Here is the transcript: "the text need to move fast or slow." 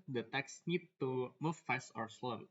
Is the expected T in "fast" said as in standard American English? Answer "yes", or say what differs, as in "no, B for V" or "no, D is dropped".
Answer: no, T is dropped